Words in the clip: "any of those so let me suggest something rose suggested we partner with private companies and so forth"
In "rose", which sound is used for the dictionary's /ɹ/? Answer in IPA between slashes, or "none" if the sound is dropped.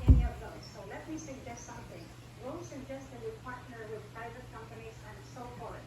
/w/